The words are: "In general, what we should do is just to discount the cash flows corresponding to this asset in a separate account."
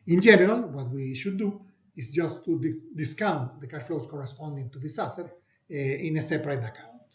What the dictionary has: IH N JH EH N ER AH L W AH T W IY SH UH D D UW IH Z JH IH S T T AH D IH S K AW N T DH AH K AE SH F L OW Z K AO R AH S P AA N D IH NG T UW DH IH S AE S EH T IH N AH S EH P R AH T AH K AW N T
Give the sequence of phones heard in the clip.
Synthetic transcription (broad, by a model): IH N JH EH N ER AH L W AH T W IY SH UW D D UW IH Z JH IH S T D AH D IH S K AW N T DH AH K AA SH F L OW S K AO R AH S P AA N D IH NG T UW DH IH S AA S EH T IH N AH S EH P R AH T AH K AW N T